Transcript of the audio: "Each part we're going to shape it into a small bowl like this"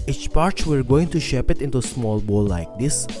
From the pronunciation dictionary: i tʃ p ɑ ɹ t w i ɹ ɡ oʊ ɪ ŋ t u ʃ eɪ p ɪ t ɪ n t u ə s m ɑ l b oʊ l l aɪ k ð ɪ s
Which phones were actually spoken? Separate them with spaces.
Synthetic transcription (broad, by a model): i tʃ p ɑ ɹ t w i ɹ ɡ oʊ ɪ ŋ t u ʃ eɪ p ɪ t ɪ n t u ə s m ɑ l b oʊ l l aɪ k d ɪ s